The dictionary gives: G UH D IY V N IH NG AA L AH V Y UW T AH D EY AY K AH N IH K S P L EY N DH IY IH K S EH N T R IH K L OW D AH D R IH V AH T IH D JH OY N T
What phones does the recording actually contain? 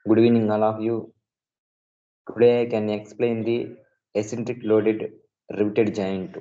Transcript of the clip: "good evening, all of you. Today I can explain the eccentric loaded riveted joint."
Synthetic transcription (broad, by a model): G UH D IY N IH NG AA L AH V Y UW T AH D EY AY K AH N IH K S P L EY N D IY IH S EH N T R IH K L OW D AH D R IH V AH T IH D JH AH N T